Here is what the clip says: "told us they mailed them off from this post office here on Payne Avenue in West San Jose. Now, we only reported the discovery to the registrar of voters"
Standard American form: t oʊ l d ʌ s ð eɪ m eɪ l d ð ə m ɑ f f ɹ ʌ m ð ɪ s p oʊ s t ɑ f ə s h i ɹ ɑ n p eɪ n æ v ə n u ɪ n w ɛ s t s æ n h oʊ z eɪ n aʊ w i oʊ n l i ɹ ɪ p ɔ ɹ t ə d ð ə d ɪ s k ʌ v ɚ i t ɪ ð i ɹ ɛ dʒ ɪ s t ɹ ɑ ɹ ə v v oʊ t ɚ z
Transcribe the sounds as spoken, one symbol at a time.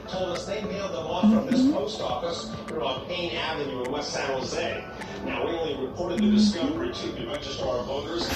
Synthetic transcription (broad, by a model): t oʊ l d ʌ s ð eɪ m eɪ l d ð ə m ɑ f f ɹ ʌ m ð ɪ s p oʊ s t ɑ f ə s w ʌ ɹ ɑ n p eɪ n æ v ə n u ɪ n w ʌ t s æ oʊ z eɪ n aʊ w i oʊ n l i ɹ ɪ p ɔ ɹ t ə d ð ə d ɪ s k ʌ v ɚ i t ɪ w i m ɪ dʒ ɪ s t ɑ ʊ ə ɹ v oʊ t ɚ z